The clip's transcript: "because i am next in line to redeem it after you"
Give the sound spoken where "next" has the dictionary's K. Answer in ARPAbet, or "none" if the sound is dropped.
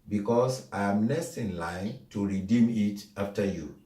none